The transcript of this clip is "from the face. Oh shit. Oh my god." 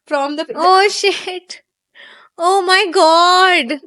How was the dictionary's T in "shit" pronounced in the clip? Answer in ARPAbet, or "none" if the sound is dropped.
T